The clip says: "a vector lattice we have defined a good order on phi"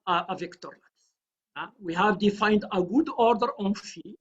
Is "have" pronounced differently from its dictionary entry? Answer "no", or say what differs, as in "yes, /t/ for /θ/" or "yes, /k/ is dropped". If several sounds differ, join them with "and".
no